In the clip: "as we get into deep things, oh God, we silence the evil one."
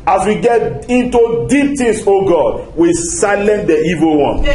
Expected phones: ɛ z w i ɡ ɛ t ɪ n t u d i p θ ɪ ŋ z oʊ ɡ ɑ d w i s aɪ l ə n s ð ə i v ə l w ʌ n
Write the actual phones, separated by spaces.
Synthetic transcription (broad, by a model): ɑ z w i ɡ ɛ t ɪ n t u d i p t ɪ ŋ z oʊ ɡ ɑ d w i s aɪ l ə n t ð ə i v ə l w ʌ n